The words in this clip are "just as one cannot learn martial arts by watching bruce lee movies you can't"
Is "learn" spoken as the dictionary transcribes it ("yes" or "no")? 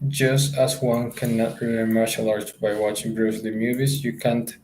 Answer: no